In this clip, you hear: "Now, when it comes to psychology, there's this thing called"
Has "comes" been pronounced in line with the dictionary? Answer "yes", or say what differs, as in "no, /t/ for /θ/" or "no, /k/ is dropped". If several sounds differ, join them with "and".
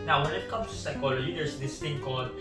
no, /z/ is dropped